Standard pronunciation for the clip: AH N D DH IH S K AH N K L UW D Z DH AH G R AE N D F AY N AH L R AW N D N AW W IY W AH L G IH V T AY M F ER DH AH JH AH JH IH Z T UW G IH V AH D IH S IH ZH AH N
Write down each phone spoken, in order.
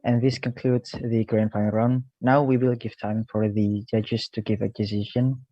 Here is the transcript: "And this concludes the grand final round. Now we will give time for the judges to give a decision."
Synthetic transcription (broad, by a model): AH N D DH IH S K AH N K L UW D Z DH AH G R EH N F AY AH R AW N N AW W IY W AH L G IH V T AY M F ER DH AH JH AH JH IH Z T UW G IH V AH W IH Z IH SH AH N